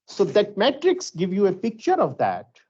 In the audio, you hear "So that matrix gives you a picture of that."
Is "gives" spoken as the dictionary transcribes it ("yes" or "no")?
no